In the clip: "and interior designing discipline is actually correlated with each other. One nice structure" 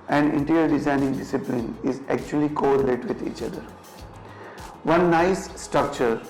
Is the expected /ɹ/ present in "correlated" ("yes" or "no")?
no